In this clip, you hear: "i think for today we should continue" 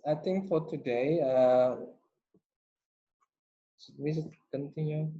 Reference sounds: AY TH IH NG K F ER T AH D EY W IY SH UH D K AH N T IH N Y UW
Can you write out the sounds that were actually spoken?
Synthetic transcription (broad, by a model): AY T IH NG K F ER T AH D EY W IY S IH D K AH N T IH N Y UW